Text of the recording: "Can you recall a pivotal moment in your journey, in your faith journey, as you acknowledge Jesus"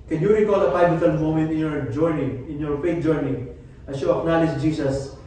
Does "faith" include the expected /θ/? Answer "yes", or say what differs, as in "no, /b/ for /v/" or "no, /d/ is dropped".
no, /t/ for /θ/